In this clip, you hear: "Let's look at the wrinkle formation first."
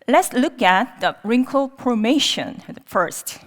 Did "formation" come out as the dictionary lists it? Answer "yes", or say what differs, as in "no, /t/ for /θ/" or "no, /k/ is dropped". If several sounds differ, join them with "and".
no, /p/ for /f/